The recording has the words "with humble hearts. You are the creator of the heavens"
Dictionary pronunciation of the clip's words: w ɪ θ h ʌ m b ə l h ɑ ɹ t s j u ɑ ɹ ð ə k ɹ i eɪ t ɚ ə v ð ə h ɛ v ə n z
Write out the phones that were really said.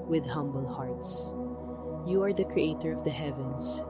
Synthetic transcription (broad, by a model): w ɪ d h ʌ m b ə l h ɑ ɹ t s j u ɑ ɹ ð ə k ɹ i eɪ t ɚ ə v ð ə h ɛ v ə n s